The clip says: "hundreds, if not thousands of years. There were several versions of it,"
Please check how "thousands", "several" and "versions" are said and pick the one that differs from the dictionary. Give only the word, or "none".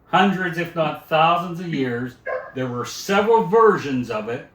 none